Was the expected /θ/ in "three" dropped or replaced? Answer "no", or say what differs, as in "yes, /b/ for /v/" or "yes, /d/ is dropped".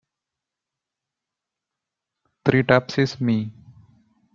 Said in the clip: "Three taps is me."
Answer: yes, /t/ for /θ/